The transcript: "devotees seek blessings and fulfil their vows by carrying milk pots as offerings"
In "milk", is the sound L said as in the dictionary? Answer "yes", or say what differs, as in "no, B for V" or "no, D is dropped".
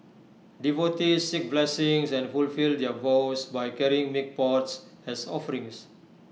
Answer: no, L is dropped